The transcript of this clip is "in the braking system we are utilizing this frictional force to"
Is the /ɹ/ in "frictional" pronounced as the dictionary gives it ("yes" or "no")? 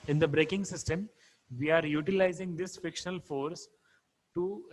no